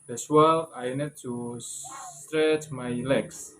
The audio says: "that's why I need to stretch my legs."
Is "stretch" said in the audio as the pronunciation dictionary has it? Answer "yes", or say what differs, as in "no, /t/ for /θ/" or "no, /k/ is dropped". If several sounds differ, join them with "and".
yes